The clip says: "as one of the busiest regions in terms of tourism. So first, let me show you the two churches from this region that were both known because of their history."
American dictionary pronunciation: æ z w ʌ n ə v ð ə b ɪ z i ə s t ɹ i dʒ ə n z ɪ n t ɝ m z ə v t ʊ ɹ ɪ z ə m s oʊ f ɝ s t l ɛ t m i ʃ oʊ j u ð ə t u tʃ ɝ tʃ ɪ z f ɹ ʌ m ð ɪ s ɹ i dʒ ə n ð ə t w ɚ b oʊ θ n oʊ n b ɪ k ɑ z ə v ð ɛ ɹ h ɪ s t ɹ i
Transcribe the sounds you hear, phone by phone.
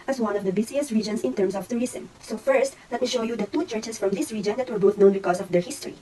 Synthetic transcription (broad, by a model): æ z w ʌ n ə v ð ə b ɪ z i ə s t ɹ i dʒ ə n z ɪ n t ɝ m s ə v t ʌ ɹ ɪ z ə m s oʊ f ɝ s t l ɛ t m i ʃ oʊ j u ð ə t u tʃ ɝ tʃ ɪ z f ɹ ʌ m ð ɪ s ɹ i dʒ ə n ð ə t w ɚ b oʊ θ n oʊ n b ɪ k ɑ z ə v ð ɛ ɹ h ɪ s t ɹ i